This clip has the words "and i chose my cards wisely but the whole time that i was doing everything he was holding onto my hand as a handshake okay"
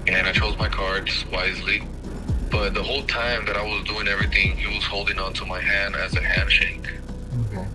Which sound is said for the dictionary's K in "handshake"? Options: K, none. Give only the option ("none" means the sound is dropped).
none